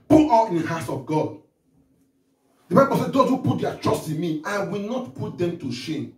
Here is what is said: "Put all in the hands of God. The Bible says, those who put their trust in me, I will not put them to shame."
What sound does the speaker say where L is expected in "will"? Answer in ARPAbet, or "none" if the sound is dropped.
L